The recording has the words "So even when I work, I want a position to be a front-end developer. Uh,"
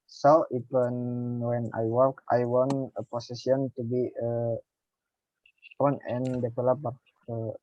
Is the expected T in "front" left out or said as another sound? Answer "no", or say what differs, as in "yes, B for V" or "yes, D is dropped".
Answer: yes, T is dropped